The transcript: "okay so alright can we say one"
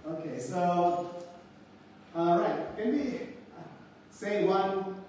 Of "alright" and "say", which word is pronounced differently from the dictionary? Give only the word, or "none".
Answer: alright